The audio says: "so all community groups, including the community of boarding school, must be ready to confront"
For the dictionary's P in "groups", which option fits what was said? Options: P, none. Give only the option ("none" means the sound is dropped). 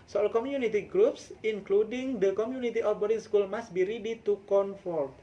P